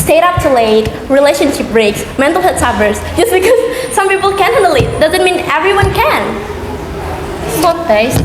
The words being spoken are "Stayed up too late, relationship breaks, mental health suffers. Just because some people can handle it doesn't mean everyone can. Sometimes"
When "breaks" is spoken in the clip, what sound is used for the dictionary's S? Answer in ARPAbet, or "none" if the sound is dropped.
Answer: S